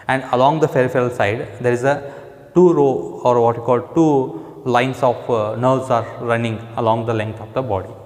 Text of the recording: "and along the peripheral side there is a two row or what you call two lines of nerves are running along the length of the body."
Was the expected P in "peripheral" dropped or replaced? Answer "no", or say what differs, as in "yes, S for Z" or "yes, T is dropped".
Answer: yes, F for P